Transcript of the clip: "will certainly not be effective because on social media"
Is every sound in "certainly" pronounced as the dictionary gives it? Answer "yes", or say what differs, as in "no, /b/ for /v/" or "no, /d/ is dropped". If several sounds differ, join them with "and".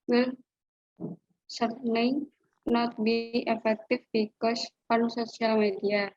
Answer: no, /l/ is dropped